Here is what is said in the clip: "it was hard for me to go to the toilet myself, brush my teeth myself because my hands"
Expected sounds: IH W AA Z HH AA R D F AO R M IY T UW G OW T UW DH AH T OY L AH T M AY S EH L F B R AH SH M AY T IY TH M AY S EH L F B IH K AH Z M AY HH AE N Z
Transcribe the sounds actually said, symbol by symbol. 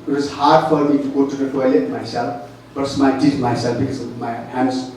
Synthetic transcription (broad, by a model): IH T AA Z HH AA R D F AO R M IY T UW G OW T UW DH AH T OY L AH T M AY S EH L F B AH S M AY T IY T M AY S EH L F B IH K AH Z M AY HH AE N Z